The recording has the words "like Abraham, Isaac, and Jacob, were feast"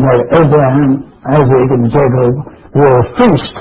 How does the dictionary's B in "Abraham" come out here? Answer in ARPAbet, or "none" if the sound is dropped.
B